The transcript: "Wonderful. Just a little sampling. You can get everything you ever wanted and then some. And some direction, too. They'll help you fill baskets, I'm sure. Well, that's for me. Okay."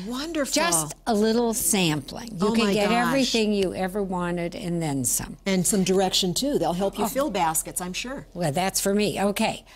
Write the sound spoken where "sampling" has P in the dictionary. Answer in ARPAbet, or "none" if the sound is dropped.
P